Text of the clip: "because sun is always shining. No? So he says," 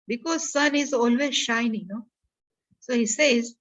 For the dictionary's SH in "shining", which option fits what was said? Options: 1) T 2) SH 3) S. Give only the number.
2